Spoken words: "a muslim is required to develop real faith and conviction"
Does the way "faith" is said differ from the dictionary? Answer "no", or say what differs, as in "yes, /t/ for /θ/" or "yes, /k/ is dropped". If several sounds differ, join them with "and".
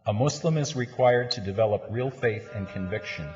no